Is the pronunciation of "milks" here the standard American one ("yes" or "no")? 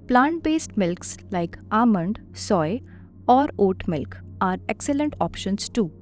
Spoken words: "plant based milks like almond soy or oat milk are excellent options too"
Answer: yes